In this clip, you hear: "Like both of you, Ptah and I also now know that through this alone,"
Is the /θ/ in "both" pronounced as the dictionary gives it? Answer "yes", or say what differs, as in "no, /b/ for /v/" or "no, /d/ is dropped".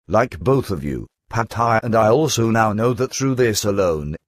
yes